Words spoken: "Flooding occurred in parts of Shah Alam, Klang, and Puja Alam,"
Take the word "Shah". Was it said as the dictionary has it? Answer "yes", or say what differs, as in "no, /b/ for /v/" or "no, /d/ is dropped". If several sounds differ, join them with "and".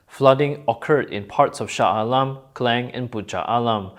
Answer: yes